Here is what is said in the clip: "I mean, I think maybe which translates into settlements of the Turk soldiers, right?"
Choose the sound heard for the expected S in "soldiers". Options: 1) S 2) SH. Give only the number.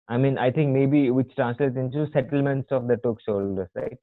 2